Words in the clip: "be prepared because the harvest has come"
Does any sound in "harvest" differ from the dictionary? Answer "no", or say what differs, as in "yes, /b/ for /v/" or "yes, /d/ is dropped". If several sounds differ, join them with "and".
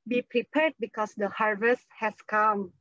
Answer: no